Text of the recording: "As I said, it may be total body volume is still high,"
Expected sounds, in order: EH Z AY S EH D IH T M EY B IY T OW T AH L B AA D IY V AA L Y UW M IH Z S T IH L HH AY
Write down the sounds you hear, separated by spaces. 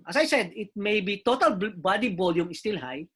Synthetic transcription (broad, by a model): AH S AY S EH D IH T M EY B IY T OW T AH L B AA D IY B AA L Y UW M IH S T IH L HH AY